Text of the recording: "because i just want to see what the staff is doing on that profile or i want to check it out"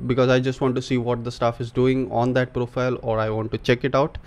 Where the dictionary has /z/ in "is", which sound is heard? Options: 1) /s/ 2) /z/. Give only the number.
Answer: 2